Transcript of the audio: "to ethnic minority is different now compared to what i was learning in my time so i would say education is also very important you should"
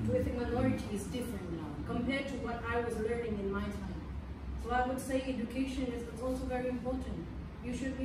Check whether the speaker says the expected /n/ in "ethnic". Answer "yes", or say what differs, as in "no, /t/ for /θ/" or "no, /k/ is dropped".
no, /n/ is dropped